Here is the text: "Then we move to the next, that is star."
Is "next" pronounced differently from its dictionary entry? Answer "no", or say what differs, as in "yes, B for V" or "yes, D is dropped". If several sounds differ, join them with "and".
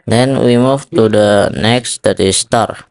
no